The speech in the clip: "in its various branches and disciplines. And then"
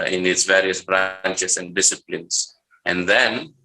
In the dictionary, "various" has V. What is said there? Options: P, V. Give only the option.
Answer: V